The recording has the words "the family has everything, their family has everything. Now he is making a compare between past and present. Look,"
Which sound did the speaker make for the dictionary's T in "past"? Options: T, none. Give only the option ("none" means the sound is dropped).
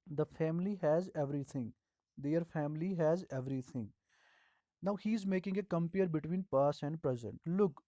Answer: none